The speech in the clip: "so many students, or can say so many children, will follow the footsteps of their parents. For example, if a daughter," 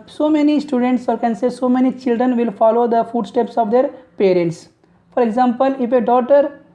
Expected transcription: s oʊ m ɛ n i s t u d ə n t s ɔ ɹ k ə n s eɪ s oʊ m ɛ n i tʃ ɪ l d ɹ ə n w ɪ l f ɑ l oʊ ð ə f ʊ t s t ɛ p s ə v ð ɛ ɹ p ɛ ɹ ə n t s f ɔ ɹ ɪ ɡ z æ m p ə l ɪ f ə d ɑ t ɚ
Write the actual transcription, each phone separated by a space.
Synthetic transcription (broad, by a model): s oʊ m ɛ n i s t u d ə n t s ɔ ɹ k ə n s eɪ s oʊ m ɛ n i tʃ ɪ l d ɹ ə n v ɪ l f ɑ l oʊ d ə f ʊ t s t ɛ p s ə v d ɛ ɹ p ɛ ɹ ə n t s f ɔ ɹ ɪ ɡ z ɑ m p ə l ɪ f ə d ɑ t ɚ